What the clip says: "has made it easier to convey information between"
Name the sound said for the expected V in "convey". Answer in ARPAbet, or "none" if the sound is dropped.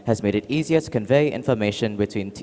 V